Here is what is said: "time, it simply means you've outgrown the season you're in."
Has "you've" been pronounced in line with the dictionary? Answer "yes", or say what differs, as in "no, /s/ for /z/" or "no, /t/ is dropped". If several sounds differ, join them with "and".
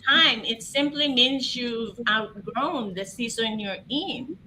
no, /v/ is dropped